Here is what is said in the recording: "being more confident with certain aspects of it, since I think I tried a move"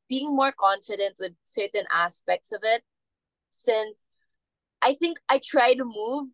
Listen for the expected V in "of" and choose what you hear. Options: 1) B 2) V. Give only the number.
2